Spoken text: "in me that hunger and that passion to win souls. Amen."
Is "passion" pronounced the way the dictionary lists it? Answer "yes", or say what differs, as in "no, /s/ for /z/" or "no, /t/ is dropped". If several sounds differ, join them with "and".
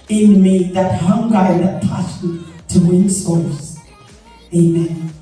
no, /s/ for /ʃ/